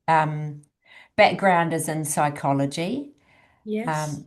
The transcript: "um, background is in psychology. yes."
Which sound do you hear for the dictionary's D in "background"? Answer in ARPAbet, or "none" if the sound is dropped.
D